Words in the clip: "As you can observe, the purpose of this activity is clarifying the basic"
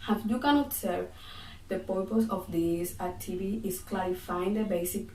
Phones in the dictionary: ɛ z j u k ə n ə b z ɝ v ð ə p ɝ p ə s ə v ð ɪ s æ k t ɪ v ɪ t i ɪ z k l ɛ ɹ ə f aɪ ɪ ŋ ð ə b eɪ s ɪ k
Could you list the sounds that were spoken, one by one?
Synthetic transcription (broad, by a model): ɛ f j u k ə n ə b s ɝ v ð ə p ɝ p ə s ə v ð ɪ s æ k t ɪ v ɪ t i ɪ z k l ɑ ɹ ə f aɪ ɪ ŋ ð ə b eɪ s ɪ k